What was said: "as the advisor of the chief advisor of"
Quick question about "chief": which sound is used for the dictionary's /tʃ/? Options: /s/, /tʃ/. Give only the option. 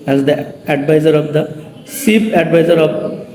/s/